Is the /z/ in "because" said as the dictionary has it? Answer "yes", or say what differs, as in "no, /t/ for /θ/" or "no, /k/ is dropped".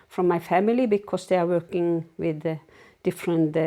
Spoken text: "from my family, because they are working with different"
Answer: no, /s/ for /z/